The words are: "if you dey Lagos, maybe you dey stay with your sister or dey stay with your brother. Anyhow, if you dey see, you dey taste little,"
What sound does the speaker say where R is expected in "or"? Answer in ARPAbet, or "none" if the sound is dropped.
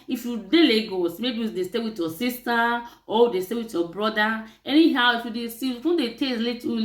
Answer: W